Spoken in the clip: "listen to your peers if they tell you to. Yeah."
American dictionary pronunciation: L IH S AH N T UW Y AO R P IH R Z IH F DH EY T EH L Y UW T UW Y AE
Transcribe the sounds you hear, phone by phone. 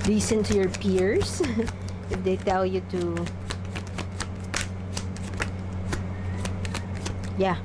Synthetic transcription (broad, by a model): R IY S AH N T UW Y AO R P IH R S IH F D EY T EH L Y UW T UW Y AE